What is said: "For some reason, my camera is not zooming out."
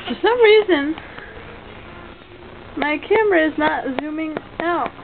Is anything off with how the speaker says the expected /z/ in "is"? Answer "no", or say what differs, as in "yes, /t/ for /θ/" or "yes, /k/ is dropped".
no